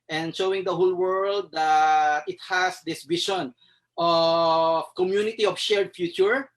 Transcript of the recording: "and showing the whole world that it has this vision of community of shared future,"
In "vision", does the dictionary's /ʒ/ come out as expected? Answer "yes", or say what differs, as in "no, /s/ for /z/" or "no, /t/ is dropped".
no, /ʃ/ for /ʒ/